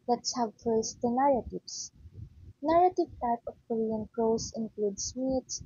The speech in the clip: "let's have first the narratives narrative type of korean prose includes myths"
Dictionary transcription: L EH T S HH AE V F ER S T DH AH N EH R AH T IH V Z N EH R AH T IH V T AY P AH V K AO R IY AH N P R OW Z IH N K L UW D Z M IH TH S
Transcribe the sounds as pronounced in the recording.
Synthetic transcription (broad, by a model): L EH T S HH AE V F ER S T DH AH N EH R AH T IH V S N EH R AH T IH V T AY P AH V K AO R IY AH N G R OW S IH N K L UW D S M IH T S